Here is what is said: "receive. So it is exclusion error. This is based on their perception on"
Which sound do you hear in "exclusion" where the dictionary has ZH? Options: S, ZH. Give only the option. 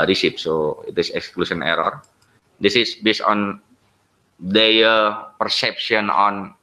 S